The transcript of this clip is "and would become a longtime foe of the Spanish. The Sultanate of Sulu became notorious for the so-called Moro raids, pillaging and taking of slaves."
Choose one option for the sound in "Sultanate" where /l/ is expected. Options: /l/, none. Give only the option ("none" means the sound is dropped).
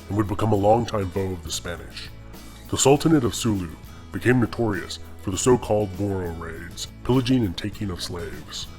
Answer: /l/